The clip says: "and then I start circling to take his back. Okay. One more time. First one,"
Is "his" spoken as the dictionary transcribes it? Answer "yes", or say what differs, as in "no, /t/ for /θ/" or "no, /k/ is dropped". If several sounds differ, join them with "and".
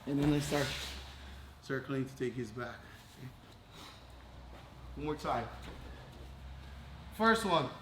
yes